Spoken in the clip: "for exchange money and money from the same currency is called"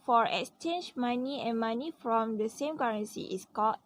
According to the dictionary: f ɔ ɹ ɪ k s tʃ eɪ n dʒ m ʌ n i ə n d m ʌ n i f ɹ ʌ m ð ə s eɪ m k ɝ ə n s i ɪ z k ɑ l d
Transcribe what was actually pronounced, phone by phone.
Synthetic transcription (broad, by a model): f ɔ ɹ ɪ k s tʃ eɪ n dʒ m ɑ n i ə n m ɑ n i f ɹ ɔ m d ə s eɪ m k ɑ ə n s i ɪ s k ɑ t